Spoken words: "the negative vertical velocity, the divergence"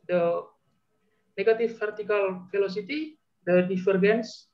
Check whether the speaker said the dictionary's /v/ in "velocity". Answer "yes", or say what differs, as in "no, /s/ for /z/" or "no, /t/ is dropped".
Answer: no, /f/ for /v/